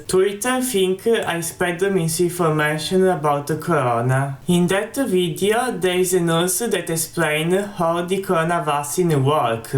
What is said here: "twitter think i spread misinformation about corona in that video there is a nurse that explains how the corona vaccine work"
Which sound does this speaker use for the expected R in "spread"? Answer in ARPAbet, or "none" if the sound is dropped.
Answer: none